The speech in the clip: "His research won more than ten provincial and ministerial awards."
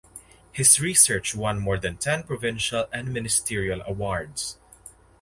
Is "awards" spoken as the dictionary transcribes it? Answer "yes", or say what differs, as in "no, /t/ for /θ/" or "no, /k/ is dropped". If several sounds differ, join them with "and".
no, /s/ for /z/